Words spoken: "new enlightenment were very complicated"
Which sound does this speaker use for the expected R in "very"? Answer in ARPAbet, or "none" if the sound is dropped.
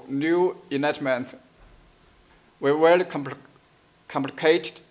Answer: L